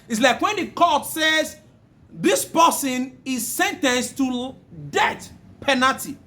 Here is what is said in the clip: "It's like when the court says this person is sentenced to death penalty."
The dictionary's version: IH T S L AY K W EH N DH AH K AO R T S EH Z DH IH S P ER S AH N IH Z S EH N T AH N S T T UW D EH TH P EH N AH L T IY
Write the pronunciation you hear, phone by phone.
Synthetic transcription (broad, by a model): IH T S L AY K W EH N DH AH K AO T S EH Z DH IH S P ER S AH N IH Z S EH N T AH N S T T UW D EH T P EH N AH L T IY